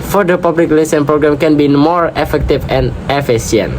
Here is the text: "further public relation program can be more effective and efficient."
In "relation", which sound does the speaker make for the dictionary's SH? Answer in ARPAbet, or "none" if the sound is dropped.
S